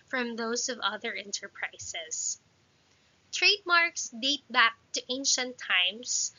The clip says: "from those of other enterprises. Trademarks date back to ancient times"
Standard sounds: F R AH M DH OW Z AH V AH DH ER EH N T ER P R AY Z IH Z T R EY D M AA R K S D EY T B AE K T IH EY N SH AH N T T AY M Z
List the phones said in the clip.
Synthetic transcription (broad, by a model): F R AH M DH OW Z AH V AH DH ER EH N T ER P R AY S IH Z T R EY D M AA R K S D EY T B AE K T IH EY N SH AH N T T AY M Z